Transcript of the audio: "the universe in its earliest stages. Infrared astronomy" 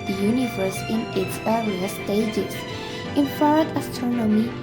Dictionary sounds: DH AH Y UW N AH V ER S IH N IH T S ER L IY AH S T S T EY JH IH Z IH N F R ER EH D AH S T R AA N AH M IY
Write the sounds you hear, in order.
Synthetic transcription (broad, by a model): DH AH Y UW N AH V ER S IH N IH T S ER IY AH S S T EY JH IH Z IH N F ER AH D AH S T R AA N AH M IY